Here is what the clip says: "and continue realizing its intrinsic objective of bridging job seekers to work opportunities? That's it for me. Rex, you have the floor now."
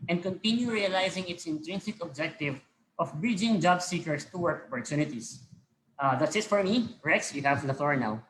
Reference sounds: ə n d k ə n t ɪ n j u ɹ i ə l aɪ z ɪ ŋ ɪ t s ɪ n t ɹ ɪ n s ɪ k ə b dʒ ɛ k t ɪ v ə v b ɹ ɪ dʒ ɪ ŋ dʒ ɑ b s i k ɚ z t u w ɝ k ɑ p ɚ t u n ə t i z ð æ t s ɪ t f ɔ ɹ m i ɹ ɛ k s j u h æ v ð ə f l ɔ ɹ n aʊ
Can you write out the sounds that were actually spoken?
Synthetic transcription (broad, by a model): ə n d k ə n t ɪ n j u ɹ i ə l aɪ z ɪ ŋ ɪ t s ɪ n t ɹ ɪ n s ɪ k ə b dʒ ɛ k t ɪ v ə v b ɹ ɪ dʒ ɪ ŋ dʒ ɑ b s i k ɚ s t u w ɝ k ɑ p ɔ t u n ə t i s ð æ t s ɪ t f ɔ ɹ m i ɹ ɛ k s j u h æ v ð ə f l ɔ ɹ n aʊ